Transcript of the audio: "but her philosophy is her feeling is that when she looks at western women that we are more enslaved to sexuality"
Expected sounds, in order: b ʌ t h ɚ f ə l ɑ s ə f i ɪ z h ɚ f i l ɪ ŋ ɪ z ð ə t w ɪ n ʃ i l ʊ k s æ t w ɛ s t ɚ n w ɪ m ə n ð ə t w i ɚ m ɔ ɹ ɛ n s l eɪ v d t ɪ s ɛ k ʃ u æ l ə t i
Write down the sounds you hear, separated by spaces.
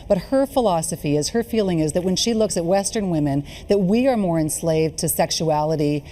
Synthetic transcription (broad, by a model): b ʌ t h ɚ f ə l ɑ s ə f i ɪ z h ɚ f i l ɪ ŋ ɪ z ð ə t w ɪ n ʃ i l ʊ k s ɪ t w ɛ s t ɚ n w ɪ m ə n ð ə t w i ɚ m ɔ ɹ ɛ n s l eɪ v t ɪ s ɛ k ʃ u æ l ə t i